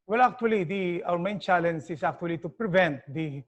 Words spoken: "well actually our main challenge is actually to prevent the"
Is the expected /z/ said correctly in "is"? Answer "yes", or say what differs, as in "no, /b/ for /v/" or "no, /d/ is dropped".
no, /s/ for /z/